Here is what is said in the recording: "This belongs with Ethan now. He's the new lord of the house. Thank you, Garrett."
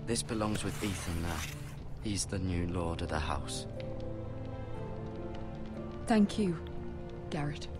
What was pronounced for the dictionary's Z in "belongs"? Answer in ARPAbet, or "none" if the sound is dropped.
Z